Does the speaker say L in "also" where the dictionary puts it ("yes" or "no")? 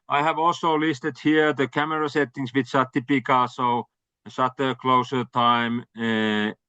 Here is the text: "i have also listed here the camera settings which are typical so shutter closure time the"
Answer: yes